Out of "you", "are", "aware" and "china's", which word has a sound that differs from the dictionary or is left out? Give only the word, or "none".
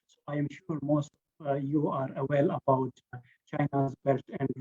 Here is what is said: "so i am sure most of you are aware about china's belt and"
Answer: aware